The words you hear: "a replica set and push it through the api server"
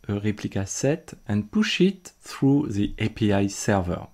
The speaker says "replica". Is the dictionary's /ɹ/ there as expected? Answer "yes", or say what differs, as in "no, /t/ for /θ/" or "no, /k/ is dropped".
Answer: yes